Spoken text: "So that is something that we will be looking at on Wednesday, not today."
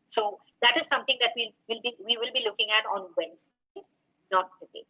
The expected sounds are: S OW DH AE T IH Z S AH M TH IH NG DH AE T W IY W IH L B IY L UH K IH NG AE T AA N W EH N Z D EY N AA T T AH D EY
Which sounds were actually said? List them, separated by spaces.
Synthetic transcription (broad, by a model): S OW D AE T IH Z S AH M T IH NG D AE T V IY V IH L B IY L UH K IH NG AE T AA N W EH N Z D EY N AA T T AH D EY